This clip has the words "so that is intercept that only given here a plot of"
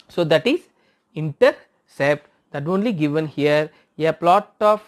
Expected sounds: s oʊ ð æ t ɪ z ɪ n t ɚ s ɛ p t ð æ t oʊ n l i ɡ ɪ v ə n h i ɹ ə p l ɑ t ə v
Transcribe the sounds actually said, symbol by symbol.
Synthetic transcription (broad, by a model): s oʊ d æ t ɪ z ɪ n t ɚ s ɛ p t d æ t oʊ n l i ɡ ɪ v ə n h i ɹ ə p l ɑ t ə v